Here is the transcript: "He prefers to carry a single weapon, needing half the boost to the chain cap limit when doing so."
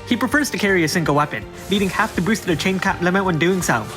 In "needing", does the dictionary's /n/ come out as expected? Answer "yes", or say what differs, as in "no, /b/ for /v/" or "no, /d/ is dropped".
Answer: no, /l/ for /n/